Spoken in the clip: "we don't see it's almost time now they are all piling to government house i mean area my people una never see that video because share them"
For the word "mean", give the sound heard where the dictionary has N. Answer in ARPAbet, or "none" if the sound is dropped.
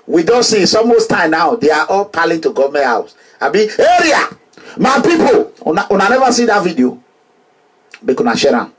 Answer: none